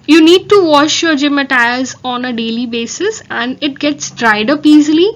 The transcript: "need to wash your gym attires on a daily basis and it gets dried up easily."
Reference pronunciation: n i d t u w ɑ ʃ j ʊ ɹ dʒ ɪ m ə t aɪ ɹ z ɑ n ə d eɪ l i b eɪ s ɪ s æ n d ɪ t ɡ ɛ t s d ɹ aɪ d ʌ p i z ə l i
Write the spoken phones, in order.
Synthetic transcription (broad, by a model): n i d t u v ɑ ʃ j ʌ ɹ dʒ ɪ m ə t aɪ ɹ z ɑ n ə d eɪ l i b eɪ s ɪ s æ n d ɪ t ɡ ɛ t s d ɹ aɪ d ʌ p i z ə l i